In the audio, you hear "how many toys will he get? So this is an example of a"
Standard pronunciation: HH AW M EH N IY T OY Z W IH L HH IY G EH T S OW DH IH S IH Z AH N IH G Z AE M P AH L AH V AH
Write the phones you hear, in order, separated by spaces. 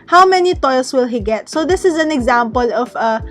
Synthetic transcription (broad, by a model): HH AW M EH N IY T OY S W IH L HH IY G EH T S OW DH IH S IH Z AH N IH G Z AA M P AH L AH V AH